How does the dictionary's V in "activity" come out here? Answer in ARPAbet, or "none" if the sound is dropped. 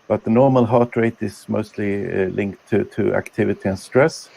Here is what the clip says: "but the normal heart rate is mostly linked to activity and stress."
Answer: V